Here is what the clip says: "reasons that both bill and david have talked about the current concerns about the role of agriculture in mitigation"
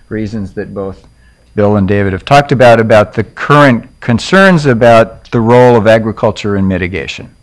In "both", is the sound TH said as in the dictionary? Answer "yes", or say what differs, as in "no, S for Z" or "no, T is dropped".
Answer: yes